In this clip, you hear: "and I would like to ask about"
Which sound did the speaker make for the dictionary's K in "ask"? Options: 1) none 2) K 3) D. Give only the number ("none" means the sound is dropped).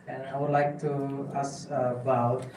1